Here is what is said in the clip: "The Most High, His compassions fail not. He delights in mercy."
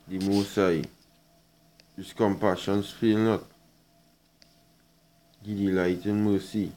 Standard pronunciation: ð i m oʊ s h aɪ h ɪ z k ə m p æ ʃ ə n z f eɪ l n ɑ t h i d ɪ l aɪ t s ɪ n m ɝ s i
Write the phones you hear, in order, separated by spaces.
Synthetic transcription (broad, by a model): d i m oʊ s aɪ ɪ s k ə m p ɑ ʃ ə n s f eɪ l n ɑ t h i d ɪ l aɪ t ɪ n m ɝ s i